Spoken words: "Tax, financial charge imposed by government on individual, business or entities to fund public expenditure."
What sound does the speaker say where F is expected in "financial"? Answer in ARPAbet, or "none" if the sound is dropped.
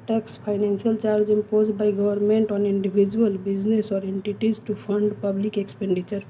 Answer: P